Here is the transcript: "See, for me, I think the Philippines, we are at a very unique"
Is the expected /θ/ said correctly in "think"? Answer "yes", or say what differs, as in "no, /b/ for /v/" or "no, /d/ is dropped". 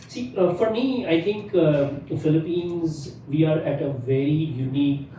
no, /t/ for /θ/